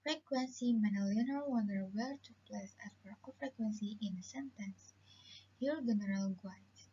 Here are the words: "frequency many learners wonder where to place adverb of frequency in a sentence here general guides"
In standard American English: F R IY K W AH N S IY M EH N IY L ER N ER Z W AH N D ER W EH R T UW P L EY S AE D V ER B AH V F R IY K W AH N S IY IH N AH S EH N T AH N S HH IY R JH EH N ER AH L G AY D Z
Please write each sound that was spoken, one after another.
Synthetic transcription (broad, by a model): F R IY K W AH N S IY M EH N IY L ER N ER W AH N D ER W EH L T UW P L EY S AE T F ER AH F R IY K W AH N S IY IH N AH S EH N T AH N S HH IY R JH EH N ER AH L G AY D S